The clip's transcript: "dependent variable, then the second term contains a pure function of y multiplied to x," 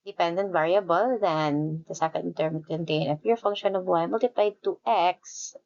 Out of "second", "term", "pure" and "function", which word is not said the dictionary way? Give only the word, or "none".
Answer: pure